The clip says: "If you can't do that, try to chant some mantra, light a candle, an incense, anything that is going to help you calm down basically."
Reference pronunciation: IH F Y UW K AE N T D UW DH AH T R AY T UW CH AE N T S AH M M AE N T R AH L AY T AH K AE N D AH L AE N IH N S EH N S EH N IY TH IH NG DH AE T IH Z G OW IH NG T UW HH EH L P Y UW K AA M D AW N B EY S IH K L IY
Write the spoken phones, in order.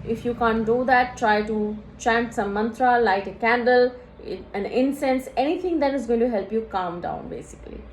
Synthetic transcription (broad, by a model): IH F Y UW K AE N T D UW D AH T R AY T UW CH AE N T S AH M M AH N T R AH L AY T AH K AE N D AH L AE N IH N S EH N S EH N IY T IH NG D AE T IH Z G OW IH NG T UW HH EH L P Y UW K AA M D AW N B EY S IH K L IY